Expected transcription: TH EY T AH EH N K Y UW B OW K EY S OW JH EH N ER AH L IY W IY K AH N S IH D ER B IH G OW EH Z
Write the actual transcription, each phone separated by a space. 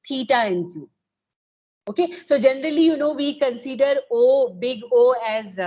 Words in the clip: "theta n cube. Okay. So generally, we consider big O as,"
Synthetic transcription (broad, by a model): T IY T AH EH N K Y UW OW K EY S OW JH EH N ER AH L IY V IY K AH N S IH D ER B IH G OW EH Z